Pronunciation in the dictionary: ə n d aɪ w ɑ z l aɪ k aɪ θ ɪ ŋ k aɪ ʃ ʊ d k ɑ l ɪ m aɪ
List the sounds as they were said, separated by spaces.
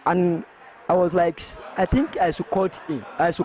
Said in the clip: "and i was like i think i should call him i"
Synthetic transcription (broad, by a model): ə n aɪ w ɑ z l aɪ k aɪ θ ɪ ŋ k aɪ s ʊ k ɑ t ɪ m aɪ